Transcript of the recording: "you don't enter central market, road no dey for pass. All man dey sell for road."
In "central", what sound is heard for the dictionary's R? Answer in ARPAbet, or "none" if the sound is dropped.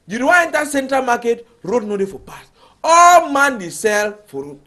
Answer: R